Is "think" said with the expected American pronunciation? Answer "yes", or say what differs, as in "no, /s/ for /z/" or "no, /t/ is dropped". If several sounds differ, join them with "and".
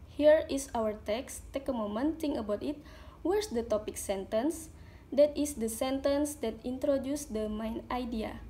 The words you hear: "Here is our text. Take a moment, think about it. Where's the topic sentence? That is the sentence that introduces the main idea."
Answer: no, /k/ is dropped